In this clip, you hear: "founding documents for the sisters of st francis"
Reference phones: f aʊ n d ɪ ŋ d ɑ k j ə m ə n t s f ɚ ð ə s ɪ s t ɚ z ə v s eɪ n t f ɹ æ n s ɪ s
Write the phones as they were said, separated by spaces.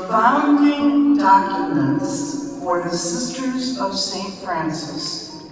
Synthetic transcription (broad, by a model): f aʊ n d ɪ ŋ d ɑ k j ə m ə n t s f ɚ ð ə s ɪ s t ɚ z ə v s eɪ n t f ɹ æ n s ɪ s